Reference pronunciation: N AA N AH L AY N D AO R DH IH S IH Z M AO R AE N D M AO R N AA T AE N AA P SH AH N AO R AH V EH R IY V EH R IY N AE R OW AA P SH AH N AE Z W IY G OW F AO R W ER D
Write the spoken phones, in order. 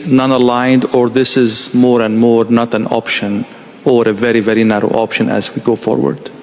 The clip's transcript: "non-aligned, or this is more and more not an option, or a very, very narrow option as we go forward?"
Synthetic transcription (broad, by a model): N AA N AH L AY N D AO R DH IH S IH Z M AO R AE N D M AO R N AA T AE N AA P SH AH N AO R AH V EH R IY V EH R IY N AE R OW AA P SH AH N AE Z W IY G OW F AO R W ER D